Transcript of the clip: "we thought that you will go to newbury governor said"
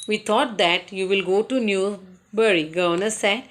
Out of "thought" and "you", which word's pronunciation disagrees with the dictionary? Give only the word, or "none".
thought